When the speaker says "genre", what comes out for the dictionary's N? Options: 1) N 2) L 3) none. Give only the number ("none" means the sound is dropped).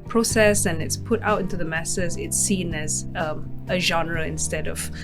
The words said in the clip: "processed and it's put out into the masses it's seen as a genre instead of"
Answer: 1